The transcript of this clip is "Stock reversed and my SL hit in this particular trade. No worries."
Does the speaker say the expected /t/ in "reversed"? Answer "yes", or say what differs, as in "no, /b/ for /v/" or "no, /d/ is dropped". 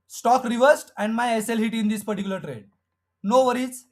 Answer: yes